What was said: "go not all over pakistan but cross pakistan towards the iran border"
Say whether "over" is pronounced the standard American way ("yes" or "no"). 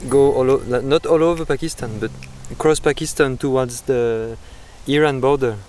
yes